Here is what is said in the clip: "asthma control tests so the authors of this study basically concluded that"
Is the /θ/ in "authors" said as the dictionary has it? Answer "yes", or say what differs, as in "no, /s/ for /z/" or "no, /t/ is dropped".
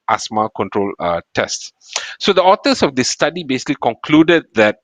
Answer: no, /t/ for /θ/